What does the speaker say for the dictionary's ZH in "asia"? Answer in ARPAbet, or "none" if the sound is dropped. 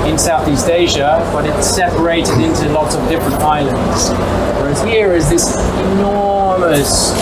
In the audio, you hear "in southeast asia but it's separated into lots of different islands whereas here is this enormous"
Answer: ZH